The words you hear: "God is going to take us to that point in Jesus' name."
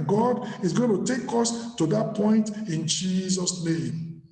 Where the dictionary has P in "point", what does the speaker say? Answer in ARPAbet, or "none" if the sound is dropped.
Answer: P